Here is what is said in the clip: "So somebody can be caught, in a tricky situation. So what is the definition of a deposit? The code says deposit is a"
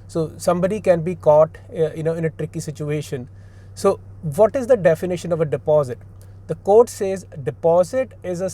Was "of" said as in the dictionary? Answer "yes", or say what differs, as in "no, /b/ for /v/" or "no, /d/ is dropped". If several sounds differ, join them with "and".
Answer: yes